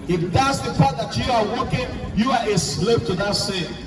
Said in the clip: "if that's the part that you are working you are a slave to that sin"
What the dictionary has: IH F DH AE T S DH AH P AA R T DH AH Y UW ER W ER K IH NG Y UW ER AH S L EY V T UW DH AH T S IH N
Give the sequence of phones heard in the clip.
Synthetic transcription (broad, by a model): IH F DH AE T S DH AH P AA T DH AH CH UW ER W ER K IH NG Y UW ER AH S L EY P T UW DH AH T S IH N